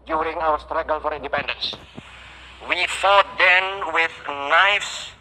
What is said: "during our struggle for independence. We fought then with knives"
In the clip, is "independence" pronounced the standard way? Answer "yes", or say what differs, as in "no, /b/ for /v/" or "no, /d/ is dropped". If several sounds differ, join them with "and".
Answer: yes